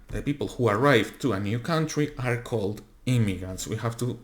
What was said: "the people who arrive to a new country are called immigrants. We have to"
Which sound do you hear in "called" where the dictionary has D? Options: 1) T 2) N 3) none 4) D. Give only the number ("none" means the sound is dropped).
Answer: 4